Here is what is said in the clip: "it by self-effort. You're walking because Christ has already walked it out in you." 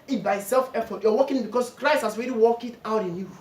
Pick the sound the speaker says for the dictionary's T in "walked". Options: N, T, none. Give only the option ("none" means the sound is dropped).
none